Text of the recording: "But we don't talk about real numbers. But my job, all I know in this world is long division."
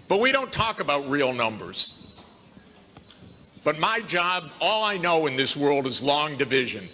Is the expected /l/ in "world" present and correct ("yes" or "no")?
yes